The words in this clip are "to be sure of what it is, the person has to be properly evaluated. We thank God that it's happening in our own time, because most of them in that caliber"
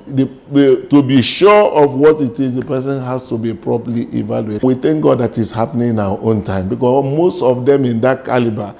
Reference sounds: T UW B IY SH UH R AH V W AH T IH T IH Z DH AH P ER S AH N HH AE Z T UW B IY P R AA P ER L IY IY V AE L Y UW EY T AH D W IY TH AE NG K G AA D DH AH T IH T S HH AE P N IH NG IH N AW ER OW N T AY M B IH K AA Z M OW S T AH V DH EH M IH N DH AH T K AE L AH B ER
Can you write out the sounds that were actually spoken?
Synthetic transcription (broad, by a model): T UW B IY SH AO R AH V W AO T IH T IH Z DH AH P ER S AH N HH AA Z T UW B IY P R AA P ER L IY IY V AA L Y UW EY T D W IY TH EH NG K G AA D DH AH T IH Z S HH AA P N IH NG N AW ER OW N T AY M B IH K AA M OW S T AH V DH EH M IH N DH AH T K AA L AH B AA